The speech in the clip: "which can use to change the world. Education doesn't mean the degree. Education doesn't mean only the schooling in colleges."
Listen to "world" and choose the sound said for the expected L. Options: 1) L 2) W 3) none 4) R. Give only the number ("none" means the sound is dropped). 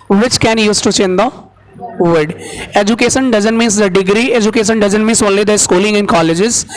3